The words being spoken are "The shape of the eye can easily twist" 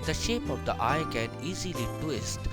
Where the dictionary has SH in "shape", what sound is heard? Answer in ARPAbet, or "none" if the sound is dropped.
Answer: SH